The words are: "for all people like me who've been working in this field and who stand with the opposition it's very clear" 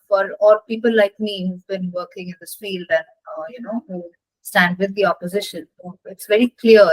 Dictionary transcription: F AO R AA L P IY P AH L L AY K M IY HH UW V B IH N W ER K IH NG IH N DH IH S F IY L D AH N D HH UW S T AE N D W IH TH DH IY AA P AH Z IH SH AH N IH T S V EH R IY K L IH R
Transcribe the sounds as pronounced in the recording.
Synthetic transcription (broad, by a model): F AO R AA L P IY P AH L L AY K M IY HH UW V B IH N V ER K IH NG IH N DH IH S F IY L D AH N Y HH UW S T AE N D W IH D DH IY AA P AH Z IH SH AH N IH T S V EH R IY K L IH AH